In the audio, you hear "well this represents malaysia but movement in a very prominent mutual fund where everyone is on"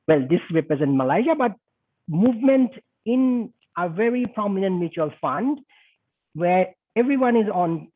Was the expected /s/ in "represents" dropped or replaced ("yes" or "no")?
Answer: yes